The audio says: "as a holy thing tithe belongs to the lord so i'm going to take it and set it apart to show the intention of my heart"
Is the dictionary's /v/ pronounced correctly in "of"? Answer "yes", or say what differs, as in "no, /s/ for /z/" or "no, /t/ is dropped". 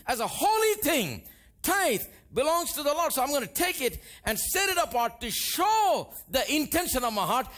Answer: yes